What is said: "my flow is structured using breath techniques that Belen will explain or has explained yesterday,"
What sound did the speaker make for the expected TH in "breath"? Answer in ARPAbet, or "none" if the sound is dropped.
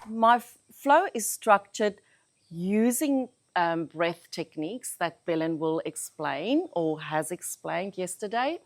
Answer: TH